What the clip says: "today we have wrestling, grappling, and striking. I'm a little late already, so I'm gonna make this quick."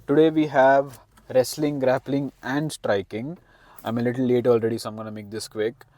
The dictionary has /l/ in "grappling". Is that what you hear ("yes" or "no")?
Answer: yes